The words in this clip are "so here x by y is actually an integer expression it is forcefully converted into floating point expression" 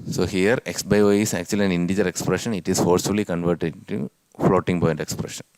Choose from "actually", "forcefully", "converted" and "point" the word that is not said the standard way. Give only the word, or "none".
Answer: point